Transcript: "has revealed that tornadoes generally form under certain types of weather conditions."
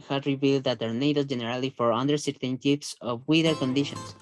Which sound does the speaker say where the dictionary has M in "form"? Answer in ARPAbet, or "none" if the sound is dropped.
none